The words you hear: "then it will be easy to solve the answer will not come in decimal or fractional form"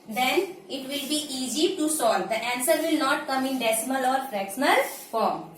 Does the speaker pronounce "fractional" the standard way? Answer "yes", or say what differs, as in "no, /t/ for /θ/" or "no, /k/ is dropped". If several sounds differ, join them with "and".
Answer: no, /s/ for /ʃ/